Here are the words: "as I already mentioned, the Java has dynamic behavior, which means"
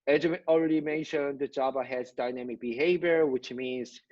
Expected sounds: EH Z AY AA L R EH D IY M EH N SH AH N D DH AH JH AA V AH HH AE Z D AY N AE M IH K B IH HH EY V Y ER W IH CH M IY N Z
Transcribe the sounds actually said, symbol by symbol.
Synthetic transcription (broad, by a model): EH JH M AA L R EH D IY M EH N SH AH N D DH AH JH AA B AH HH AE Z D AY N AE M IH K B IH HH EY V Y ER W IH CH M IY N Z